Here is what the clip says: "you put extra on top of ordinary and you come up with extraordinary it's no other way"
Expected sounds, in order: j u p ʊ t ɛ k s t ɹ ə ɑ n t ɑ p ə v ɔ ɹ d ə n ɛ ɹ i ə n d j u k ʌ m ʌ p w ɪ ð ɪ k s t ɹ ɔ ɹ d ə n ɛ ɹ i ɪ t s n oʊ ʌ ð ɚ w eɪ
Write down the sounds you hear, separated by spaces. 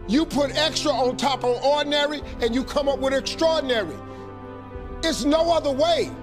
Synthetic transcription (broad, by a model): j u p ʊ t ɛ k s t ɹ ə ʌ n t ɑ p ə v ɔ ɹ d n ɛ ɹ i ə n j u k ʌ m ʌ p w ɪ ð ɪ k s t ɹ ɔ ɹ d n ɛ ɹ i ɪ t s n oʊ ʌ ð ɚ w eɪ